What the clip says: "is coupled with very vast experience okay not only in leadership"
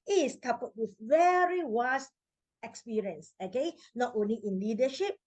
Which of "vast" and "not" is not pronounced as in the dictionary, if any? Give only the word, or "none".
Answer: vast